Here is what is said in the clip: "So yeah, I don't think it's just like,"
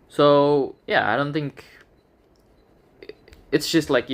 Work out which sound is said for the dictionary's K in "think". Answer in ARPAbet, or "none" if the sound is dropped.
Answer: K